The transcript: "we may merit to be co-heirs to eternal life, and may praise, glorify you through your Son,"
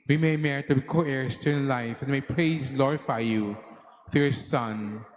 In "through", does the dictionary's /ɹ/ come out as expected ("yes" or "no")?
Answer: no